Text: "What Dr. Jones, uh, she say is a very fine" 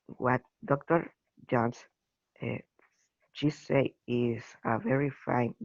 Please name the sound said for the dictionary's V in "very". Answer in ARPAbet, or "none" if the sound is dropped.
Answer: V